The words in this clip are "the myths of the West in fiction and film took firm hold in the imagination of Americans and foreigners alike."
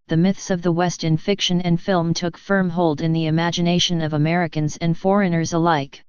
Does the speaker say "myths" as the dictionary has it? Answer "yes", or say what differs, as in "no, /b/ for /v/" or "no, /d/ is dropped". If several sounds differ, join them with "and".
yes